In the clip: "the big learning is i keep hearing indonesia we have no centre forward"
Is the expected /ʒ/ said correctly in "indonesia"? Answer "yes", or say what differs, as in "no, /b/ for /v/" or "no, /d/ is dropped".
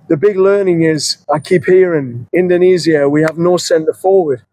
no, /z/ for /ʒ/